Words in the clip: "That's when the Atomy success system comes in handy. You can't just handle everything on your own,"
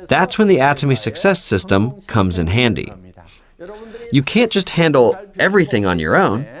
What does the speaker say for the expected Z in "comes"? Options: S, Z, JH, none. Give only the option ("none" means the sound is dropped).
Z